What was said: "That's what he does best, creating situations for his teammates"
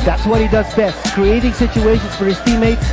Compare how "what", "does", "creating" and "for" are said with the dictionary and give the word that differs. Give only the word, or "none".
none